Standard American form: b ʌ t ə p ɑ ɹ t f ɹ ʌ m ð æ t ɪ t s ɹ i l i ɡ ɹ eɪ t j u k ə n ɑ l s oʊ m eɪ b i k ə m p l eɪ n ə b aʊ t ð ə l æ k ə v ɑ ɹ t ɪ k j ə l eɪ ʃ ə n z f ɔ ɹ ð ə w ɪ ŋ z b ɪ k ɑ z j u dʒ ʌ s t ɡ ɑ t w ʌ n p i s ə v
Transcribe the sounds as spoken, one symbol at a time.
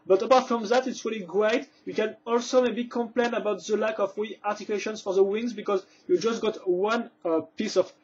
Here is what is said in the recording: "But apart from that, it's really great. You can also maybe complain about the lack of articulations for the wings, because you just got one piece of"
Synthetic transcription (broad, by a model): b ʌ t ə p ɑ ɹ t f ɹ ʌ m ð æ t ɪ t s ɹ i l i ɡ ɹ eɪ t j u k ə n ɑ l s oʊ m eɪ b i k ə m p l eɪ n ə b aʊ t ð ə l æ k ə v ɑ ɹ t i k j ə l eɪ ʃ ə n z f ɔ ɹ ð ə w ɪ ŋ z b ɪ k ɑ z j u dʒ ʌ s t ɡ ɑ t w ʌ n p i s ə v